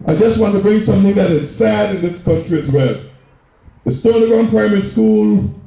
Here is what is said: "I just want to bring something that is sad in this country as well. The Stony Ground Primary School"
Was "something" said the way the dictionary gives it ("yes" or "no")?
yes